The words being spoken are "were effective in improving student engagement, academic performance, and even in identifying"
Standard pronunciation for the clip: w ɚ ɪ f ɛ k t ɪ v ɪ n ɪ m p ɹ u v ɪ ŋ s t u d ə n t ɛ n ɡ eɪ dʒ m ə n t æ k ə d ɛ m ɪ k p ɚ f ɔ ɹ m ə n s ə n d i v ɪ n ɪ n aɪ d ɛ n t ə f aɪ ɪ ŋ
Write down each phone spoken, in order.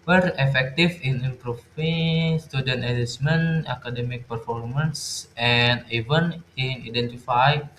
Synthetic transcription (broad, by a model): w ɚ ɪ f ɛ k t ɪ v ɪ n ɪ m p ɹ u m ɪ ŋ s t u d ə n t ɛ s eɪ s m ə n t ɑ k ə d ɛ m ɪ k p ɚ f ɔ ɹ m ə n s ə n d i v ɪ n ɪ n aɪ d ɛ n t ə f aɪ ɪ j